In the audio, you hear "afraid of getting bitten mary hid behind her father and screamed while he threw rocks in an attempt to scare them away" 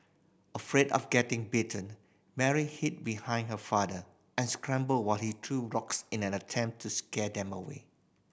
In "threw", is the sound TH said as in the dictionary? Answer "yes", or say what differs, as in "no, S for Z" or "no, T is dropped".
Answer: no, T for TH